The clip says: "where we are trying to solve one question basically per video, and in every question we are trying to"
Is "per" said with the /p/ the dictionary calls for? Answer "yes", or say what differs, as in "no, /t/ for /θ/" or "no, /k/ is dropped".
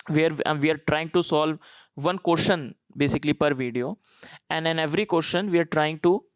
yes